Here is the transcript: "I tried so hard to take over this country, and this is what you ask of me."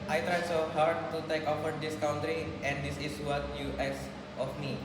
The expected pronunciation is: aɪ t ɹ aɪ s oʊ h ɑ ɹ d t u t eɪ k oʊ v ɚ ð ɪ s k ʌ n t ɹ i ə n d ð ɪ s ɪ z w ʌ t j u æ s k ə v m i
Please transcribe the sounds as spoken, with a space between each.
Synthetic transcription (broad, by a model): aɪ t ɹ aɪ s oʊ h ɑ ɹ d t u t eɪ k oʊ f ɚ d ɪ s k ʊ n t ɹ i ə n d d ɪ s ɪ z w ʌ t j u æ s ə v m i